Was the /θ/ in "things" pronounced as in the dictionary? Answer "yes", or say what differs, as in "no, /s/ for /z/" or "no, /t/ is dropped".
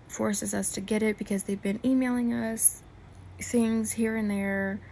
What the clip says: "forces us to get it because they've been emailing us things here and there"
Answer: yes